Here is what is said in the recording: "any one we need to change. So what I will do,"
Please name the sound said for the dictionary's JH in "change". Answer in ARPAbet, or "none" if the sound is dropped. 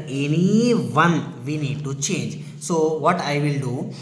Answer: JH